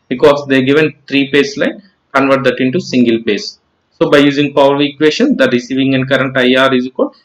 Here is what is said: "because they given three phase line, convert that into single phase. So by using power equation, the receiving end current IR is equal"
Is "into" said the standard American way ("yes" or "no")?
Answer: yes